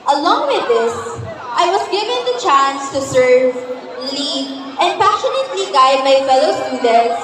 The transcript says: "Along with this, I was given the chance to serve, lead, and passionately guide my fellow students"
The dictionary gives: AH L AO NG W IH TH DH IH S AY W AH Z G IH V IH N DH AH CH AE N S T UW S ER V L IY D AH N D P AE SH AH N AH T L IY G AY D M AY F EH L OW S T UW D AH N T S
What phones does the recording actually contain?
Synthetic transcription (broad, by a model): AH L AO NG W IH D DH IH S AY W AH S G IH V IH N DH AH CH AE N S T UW S ER V L IY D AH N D P AE SH AH N AH T L IY G AY D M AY F EH L OW S T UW D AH N T S